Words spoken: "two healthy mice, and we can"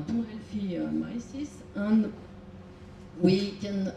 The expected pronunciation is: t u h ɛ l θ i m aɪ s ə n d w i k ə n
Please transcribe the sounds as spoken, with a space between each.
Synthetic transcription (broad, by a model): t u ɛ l f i m aɪ s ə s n w i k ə n